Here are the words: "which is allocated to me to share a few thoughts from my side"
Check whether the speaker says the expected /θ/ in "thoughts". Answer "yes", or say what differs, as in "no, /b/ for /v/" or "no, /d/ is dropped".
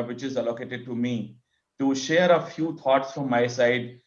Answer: no, /t/ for /θ/